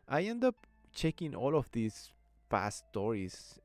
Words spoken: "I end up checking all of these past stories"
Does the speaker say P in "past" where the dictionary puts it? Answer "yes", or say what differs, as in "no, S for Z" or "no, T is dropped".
no, F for P